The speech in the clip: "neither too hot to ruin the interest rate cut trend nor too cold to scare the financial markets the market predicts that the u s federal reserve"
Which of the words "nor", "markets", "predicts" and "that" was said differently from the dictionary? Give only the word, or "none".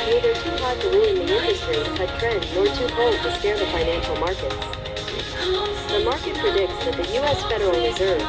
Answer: none